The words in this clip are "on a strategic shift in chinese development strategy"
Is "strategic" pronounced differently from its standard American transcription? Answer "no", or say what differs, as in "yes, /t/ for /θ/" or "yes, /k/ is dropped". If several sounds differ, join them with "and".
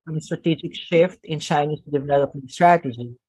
no